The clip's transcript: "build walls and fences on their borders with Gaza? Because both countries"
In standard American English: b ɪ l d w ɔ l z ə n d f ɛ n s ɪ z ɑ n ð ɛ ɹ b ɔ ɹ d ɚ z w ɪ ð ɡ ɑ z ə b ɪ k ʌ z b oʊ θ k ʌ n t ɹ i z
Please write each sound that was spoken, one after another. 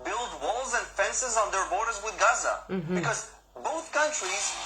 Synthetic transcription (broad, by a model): b ɪ l d w ɔ l z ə n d f ɛ n s ɪ z n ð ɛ ɹ b ɔ ɹ d ɚ z w ɪ ð ɡ ɑ z ə b ɪ k ʌ z b oʊ θ k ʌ n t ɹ i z